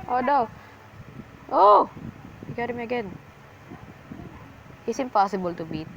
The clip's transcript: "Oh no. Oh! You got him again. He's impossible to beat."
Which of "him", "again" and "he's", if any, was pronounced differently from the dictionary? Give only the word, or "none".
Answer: he's